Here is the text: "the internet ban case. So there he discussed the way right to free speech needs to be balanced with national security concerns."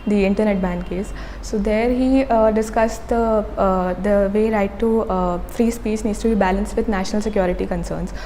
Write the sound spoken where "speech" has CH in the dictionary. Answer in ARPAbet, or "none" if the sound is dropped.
S